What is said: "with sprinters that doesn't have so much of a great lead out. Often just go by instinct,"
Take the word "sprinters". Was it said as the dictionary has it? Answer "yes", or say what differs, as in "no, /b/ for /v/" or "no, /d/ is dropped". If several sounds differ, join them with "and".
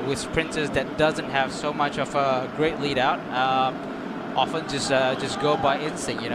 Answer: no, /s/ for /t/